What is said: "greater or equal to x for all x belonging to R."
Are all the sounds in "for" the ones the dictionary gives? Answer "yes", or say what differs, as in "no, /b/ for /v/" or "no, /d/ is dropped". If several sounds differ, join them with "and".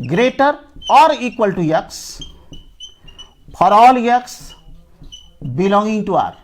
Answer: no, /p/ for /f/